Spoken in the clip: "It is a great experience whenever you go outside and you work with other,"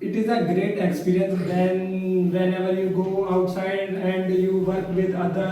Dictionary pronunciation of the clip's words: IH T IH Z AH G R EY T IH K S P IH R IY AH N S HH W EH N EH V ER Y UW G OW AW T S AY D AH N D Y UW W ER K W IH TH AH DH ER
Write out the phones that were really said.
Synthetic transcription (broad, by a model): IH T IH Z AH G R EY T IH K S P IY R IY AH N S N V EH N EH V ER Y UW G OW AW T S AY D AH N D Y UW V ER K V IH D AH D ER